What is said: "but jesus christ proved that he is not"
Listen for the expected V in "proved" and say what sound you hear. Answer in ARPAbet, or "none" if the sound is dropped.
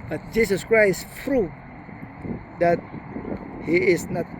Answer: none